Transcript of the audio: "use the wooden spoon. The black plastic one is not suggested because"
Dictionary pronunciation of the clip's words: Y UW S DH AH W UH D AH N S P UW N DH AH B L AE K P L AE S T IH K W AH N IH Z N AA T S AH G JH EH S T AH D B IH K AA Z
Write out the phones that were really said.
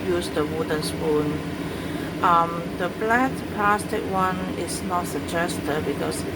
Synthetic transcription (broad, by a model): Y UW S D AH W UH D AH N S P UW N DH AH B L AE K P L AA S T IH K W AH N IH S N AA T S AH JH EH S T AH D B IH K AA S